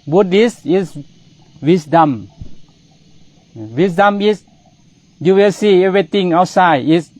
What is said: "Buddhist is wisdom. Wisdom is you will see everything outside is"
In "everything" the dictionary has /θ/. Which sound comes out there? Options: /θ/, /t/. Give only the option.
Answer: /t/